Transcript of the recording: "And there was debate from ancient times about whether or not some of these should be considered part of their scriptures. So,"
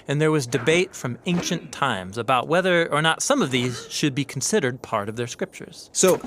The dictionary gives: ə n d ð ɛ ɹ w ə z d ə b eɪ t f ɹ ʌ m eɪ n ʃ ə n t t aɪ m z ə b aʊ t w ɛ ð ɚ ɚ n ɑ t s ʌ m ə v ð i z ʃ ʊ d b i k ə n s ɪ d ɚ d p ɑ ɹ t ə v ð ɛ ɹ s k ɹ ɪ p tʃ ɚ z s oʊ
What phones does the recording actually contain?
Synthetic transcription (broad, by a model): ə n ð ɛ ɹ w ə z d ə b eɪ t f ɹ ʌ m eɪ n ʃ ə n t t aɪ m z ə b aʊ t w ɛ ð ɚ ɚ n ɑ t s ʌ m ə v ð i z ʃ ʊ d b i k n s ɪ d ɚ d p ɑ ɹ t ə v ð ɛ ɹ s k ɹ ɪ p tʃ ɚ z s oʊ